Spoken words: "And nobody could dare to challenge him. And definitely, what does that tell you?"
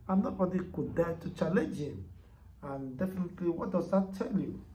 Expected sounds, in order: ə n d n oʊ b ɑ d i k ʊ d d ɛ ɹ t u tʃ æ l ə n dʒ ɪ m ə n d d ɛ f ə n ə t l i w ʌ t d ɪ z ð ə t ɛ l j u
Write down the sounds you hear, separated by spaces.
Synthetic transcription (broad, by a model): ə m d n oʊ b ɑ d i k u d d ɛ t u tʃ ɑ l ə dʒ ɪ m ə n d d ɛ f ə n ə t l i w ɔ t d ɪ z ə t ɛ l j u